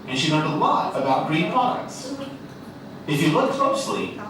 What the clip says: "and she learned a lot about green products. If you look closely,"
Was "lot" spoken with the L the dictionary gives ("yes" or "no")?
no